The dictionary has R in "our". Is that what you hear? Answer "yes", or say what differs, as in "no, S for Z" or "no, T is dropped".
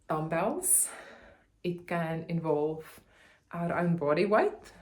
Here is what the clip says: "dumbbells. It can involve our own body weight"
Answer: yes